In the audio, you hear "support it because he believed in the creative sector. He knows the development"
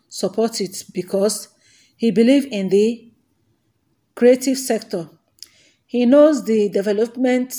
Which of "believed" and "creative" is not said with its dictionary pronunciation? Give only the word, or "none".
believed